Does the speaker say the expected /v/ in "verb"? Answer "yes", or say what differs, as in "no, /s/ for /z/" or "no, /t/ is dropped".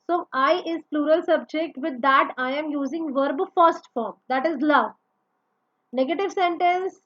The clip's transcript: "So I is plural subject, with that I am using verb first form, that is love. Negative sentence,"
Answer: yes